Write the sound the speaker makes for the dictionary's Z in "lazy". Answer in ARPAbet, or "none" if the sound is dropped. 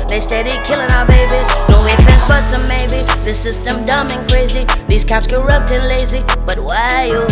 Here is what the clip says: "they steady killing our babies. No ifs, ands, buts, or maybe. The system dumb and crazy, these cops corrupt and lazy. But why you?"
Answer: Z